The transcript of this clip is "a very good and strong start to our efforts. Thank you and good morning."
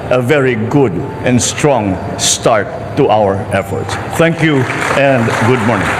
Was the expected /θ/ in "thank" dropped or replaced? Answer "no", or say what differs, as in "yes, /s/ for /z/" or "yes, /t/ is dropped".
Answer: yes, /t/ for /θ/